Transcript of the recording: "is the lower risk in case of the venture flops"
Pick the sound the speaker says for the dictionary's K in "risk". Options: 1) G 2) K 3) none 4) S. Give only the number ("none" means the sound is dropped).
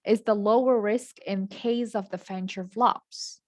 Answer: 2